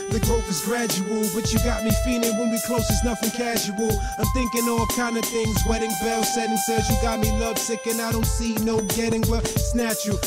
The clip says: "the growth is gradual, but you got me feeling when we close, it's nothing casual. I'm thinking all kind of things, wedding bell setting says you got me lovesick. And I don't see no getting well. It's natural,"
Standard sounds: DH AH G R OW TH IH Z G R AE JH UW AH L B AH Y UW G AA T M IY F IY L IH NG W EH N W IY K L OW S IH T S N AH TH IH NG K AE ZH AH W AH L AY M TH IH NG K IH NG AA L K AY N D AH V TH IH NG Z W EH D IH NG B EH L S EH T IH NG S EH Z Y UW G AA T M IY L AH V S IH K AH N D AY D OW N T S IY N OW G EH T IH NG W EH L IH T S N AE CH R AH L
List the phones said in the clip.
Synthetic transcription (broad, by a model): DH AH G OW F IH Z G R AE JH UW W L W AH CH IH G AA T M IY F IY L IH NG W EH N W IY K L OW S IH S N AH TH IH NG K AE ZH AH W L AY M TH IH NG K IH NG AA L K AY N D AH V TH IH NG Z W EH D IH NG B EH L S EH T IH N S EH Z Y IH G AA T M IY L AH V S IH K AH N AY D OW N T S IY N OW G EH T IH NG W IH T S N AE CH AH